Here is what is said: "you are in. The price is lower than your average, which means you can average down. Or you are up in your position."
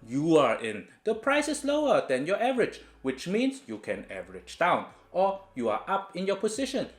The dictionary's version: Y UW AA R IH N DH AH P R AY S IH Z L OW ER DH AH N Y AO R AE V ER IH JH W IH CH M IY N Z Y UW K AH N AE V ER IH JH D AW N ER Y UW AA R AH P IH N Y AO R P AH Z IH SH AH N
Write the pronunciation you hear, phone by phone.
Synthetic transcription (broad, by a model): Y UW AA R IH N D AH P R AY S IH S L OW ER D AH N Y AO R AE V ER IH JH W IH CH M IY N S Y UW K AH N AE V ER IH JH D AW N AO Y UW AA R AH P IH N Y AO P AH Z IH SH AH N